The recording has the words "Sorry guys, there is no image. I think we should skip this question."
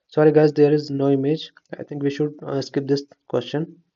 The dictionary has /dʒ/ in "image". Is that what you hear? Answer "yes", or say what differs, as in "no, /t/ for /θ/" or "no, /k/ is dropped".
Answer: yes